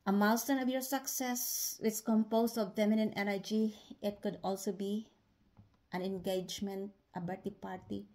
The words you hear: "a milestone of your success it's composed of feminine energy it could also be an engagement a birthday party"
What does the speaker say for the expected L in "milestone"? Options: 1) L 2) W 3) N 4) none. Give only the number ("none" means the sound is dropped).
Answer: 4